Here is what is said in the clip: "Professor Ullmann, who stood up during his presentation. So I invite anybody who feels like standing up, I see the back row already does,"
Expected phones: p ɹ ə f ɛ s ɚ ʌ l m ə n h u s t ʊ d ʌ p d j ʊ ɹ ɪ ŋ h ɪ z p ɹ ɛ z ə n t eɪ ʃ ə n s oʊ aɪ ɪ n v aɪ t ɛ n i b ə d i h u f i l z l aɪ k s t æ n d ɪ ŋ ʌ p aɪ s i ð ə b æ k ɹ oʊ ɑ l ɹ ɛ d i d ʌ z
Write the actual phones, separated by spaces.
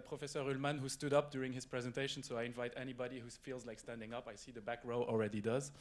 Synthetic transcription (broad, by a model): p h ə f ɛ s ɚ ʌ l m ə n h u s t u d ʌ p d j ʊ ɹ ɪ ŋ h ɪ z p ɹ ɛ z ə n t eɪ ʃ ə n s oʊ aɪ ɪ n v aɪ t ɛ n i b ə d i h u f i l z l aɪ k s t æ n d ɪ ŋ ʌ p aɪ s i ð ə b æ k ɹ oʊ ɑ l ɹ ɛ d i d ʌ z